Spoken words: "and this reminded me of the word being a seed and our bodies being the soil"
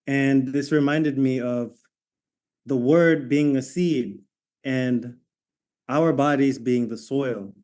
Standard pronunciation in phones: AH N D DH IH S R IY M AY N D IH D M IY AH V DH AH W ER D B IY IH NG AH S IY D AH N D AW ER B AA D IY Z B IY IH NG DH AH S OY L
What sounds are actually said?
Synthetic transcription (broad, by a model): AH N DH IH S R IY M AY N D IH D M IY AH V DH AH W ER D B IY IH NG AH S IY D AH N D AW ER B AA D IY Z B IY IH NG DH AH S OY L